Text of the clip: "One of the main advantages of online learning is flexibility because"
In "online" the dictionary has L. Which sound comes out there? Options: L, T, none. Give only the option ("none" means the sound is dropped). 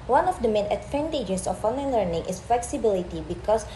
none